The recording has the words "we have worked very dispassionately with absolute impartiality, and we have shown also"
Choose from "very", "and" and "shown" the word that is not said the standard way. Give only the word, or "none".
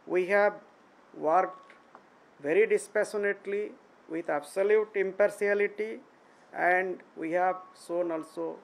shown